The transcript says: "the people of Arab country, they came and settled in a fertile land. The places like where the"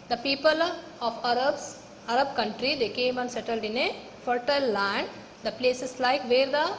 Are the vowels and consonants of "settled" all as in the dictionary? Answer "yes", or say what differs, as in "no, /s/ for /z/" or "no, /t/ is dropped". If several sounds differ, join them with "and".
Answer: yes